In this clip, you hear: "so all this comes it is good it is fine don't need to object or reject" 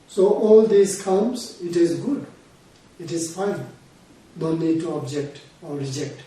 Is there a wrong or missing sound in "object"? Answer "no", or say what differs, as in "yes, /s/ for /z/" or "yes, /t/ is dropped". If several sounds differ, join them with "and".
no